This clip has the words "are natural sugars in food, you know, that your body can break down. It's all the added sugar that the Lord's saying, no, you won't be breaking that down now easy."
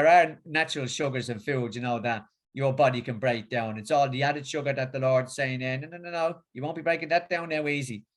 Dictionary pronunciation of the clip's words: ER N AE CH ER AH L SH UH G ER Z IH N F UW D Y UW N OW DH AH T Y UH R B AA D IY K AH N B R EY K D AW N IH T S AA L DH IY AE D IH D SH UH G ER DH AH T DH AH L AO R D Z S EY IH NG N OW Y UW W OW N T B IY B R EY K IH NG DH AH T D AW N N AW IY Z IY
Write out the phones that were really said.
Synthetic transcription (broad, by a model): ER N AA CH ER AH L SH UH G ER Z IH N F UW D Y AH N OW DH AH T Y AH R B AA D IY K AH N B R EY K D AW N IH T S AA L DH IY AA D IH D SH UH G ER DH AH T DH AH L AO R D Z S EY IH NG N OW Y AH W OW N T B IY B R EY K IH NG DH AH T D AW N N AW IY Z IY